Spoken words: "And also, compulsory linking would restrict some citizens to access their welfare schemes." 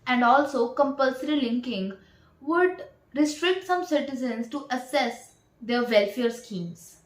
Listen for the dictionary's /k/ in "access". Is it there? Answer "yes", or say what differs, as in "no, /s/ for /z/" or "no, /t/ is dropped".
no, /k/ is dropped